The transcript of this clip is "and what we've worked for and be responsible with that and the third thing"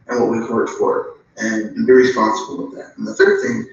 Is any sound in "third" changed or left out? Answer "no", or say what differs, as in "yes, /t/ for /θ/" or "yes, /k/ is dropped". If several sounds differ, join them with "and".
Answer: no